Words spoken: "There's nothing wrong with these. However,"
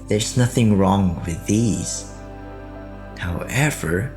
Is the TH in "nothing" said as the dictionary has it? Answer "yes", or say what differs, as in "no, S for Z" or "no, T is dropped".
yes